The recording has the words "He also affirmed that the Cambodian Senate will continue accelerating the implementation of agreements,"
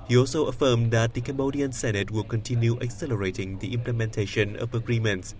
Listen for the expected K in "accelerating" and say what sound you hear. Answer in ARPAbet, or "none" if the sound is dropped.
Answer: K